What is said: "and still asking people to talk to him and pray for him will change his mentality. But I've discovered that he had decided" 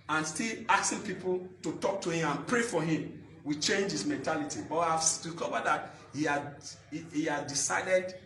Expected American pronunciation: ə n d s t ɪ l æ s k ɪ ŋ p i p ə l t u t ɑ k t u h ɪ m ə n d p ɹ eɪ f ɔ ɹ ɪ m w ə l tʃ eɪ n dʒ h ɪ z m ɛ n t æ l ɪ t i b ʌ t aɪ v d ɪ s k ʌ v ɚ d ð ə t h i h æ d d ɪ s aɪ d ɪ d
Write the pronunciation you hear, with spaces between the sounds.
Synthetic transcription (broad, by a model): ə n s t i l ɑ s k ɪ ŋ p i p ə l t u t ɑ k t u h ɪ m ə n p ɹ eɪ f ɔ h ɪ m w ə tʃ eɪ n dʒ h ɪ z m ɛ n t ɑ l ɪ t i b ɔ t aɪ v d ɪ k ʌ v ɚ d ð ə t h i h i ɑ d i s aɪ d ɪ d